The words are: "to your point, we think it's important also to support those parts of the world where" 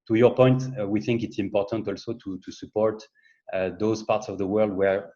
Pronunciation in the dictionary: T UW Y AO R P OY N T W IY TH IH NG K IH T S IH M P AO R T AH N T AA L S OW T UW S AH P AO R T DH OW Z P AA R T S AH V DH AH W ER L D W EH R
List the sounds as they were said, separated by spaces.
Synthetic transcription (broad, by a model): T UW Y AO R P OY N T W IY TH IH NG K IH T S IH M P AO R T AH N T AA L S OW T UW S AH P AO R T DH OW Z P AA R T S AH V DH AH W ER L D W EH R